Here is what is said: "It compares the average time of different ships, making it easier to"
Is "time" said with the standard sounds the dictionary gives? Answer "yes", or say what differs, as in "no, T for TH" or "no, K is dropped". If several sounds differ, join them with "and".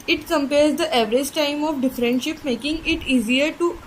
yes